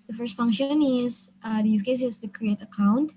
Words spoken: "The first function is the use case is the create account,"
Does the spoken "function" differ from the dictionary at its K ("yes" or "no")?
no